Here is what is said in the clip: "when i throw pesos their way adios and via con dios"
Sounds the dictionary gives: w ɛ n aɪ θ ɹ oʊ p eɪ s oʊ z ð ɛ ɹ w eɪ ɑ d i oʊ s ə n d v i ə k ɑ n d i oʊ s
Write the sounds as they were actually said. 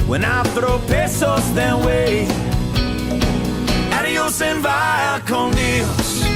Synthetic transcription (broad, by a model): w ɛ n aɪ θ ɹ oʊ p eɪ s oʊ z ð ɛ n w eɪ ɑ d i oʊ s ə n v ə k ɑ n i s